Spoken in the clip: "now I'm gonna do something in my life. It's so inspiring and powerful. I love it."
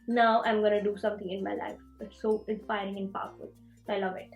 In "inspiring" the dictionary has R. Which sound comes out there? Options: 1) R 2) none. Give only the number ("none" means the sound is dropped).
1